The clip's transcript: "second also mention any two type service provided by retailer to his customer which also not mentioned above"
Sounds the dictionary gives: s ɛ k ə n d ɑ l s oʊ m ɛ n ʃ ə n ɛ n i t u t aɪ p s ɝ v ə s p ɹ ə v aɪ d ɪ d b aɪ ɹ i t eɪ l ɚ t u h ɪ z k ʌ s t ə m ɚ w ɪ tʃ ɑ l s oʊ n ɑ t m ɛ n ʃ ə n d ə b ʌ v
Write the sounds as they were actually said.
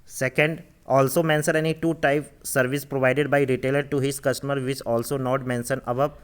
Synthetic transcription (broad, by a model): s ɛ k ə n d ɑ l s oʊ m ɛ n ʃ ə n ɛ n i t u t aɪ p s ɝ v ə s p ɹ ə v aɪ d ɪ d b aɪ ɹ i t eɪ l ɚ t u h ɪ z k ʌ s t ə m ɚ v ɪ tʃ ɑ l s oʊ n ɑ t m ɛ n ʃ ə n ə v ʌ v